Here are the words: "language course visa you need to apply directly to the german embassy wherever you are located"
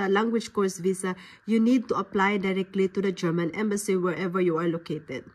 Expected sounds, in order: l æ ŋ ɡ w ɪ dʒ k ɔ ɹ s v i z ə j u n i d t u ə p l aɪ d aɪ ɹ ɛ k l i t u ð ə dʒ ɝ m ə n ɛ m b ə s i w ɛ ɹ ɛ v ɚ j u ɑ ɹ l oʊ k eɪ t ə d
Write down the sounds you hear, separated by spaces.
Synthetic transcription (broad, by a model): l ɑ ŋ ɡ w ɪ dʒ k ɔ ɹ s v i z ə j u n i d t u ə p l aɪ d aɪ ɹ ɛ k l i t u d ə dʒ ɝ m ə n ɛ m b ə s i w ɛ ɹ ɛ v ɚ j u ɑ ɹ l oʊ k eɪ t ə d